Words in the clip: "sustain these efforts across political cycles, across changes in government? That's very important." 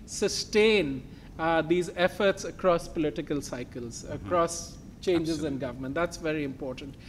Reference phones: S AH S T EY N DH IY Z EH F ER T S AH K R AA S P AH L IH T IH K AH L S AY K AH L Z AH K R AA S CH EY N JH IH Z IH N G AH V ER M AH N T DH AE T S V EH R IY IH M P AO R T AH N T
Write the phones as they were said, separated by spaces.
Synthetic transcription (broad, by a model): S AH S T EY N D IY Z EH F ER T S AH K R AA S P AH L IH T IH K AH L S AY K AH L Z AH K R AA S CH EY N JH IH Z IH N G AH V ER M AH N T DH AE T S V EH R IY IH M P AO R T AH N T